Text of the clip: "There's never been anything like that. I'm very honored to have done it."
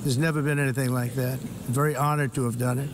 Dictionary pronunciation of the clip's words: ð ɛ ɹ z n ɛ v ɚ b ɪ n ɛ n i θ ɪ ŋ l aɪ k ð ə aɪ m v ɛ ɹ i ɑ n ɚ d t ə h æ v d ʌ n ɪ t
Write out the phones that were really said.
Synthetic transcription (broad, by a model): ð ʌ ɹ z n ɛ v ɚ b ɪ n ɛ n i θ ɪ ŋ l aɪ k ð ə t v ɛ ɹ i ɑ n ɚ d t ə v d ʌ n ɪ t